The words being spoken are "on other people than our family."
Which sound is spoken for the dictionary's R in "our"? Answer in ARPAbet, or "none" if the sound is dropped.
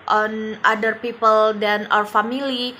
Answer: W